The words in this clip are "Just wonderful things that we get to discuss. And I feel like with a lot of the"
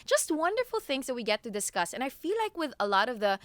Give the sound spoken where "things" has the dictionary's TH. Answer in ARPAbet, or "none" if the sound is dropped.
TH